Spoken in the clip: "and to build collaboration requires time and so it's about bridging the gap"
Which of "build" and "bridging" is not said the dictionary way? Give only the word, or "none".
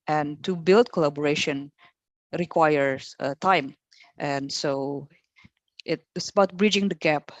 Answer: none